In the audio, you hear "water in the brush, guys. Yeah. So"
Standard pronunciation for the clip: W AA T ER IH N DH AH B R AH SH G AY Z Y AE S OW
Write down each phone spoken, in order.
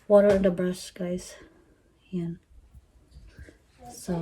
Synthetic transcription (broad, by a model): W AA T ER IH N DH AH B R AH S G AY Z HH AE S OW